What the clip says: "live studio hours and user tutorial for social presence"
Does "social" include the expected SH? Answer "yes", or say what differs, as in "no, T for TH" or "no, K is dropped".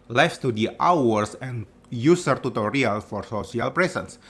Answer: no, S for SH